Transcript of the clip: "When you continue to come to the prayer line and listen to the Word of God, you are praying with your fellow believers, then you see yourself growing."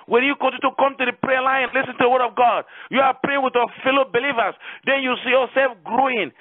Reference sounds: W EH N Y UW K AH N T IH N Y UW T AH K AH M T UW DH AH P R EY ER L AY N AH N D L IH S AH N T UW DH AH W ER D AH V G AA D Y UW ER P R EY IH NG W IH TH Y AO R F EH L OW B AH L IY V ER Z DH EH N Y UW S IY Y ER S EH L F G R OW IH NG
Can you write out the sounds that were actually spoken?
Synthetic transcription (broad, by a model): W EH N Y UW K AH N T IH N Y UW K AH M T UW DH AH P R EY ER L AY AH N L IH S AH N T UW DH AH W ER D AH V G AA D Y UW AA P R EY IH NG W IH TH Y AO F EH L OW B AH L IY V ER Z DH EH N Y UW S IY Y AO S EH L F G R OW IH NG